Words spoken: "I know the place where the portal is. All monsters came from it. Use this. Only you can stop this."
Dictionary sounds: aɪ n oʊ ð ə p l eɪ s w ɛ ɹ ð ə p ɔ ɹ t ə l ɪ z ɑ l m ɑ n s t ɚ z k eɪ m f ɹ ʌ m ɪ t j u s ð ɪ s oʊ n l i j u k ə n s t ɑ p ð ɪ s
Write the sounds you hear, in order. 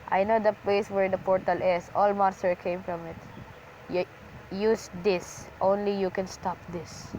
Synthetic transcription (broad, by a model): aɪ n oʊ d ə p l eɪ s w ɛ ɹ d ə p ɔ ɹ t ə l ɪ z ɑ l m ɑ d s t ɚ k eɪ m f ɹ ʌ m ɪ t j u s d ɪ s oʊ n l i j u k ə n s t ɑ p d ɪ s